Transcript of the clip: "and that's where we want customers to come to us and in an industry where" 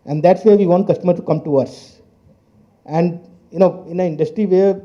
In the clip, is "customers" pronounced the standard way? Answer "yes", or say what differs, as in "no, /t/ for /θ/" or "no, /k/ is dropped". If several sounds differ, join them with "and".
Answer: no, /z/ is dropped